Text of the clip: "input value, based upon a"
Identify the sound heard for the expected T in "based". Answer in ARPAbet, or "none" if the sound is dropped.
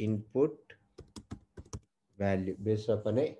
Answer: none